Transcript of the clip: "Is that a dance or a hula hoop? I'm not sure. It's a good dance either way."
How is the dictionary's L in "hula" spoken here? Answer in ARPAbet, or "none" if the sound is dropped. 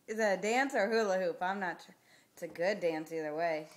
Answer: L